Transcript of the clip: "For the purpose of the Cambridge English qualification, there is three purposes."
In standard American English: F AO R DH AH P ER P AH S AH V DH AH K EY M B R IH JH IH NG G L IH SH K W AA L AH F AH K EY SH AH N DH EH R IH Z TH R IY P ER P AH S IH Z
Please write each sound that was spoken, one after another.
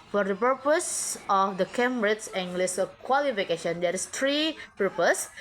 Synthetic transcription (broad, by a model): F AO R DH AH P ER P AH S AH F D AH K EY M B R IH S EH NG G L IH S K W AA L AH F AH K EY SH AH N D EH R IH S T R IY P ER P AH S